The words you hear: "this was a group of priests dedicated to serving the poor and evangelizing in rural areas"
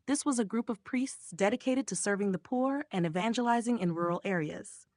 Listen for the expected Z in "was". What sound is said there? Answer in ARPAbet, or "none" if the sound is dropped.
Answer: Z